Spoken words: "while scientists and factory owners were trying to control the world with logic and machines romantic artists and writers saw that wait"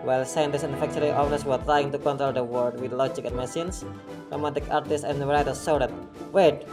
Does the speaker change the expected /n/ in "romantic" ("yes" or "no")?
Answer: yes